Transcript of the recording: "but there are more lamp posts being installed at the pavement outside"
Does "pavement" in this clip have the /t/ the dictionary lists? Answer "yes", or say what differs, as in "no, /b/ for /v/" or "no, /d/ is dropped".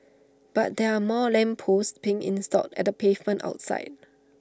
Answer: yes